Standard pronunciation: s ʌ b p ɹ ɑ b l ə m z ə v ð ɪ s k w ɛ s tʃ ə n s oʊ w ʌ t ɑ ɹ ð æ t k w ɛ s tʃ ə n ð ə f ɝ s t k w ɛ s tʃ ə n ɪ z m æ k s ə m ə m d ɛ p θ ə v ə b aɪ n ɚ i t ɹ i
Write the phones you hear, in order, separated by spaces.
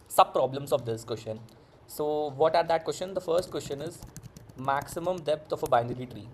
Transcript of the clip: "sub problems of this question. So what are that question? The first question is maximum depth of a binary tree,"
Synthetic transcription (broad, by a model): s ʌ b p ɹ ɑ b l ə m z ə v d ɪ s k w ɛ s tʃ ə n s oʊ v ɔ t ɑ ɹ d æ t k w ɛ s tʃ ə n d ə f ɝ s t k w ɛ s tʃ ə n ɪ z m æ k s ə m ə m d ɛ p t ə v ə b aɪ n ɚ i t ɹ i